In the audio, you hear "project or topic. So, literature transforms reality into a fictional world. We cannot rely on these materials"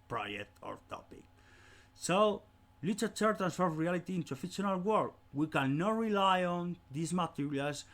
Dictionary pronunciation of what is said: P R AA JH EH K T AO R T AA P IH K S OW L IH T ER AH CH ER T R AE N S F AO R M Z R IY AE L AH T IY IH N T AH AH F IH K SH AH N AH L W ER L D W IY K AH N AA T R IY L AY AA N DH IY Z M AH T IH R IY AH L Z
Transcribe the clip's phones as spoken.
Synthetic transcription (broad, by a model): P R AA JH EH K T AO R T AA P IH K S OW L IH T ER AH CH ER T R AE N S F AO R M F R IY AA L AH T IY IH N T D AH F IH SH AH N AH L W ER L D W IY K AH N AA T R IY L AY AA N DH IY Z M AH T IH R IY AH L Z